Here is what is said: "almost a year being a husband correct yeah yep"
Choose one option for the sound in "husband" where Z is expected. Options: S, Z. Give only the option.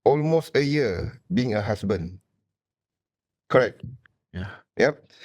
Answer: S